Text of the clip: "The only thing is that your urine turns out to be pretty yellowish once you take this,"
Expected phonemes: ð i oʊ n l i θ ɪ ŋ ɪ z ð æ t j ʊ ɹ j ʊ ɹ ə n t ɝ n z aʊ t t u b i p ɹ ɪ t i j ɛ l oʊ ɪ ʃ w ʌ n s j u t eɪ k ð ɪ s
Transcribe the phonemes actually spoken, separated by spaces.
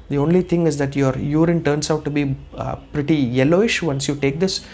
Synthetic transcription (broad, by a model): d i oʊ n l i t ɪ ŋ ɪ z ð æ t j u ɹ j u ɹ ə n t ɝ n s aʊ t t u b i p ɹ ɪ t i j ɛ l oʊ ɪ ʃ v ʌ n s j u t eɪ k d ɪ s